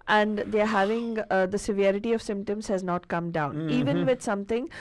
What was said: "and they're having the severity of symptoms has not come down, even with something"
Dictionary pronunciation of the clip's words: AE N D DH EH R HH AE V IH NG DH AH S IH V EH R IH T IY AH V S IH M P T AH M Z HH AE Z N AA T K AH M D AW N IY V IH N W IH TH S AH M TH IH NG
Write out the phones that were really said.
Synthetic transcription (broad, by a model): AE N D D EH R HH AE V IH NG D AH S IH V EH R IH T IY AH V S IH M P T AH M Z HH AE Z N AA T K AH M D AW N IY V IH N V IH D S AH M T IH NG